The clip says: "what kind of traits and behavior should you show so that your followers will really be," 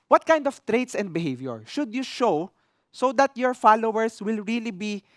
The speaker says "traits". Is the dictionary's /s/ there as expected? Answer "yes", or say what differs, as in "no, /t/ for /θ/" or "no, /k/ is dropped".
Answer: yes